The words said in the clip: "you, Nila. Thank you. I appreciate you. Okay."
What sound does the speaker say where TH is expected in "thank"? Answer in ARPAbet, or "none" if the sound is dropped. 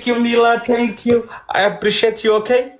T